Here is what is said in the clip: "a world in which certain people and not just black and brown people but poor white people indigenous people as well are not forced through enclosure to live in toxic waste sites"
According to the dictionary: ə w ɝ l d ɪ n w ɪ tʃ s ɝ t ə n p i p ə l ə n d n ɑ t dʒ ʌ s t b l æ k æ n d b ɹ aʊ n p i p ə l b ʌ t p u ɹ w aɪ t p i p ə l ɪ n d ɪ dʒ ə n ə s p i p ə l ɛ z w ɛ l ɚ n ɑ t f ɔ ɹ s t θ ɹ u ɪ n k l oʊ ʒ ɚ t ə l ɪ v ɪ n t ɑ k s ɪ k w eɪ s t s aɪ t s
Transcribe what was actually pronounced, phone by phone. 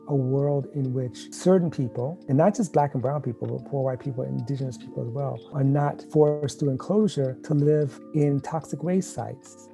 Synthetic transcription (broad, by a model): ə w ɝ l d ɪ n w ɪ tʃ s ɝ t n p i p l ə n n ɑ t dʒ ʌ s b l æ k n b ɹ aʊ n p i p l b ʌ t p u ɹ w aɪ t p i p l ɪ n d ɪ dʒ ə n ə s p i p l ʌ z w ɛ l ɚ n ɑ t f ɔ ɹ s t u ɪ n k l oʊ ʒ ɚ t ə l ɪ v ɪ n t ɑ k s ɪ k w eɪ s s aɪ t s